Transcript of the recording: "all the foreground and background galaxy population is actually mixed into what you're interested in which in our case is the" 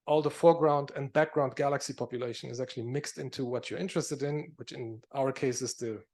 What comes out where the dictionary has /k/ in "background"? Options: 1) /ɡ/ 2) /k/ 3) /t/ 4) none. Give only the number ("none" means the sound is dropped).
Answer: 2